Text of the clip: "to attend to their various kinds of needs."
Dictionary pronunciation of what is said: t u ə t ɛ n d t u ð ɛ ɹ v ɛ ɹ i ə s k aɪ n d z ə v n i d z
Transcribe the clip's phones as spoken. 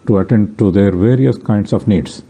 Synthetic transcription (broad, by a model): t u ə t ɛ n d t u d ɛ ɹ v ɛ ɹ i ə s k aɪ n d s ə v n i d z